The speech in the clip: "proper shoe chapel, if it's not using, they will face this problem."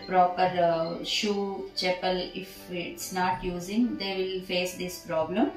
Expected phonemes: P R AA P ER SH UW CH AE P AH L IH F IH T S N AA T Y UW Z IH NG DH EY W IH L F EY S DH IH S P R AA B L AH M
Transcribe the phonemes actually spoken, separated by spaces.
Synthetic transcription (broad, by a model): P R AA P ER SH UW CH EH P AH L IH F IH T S N AA T Y UW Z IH NG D EY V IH L F EY S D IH S P R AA B L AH M